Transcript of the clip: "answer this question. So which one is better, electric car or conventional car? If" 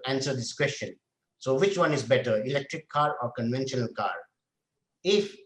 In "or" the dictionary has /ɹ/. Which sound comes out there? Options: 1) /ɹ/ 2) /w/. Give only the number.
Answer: 1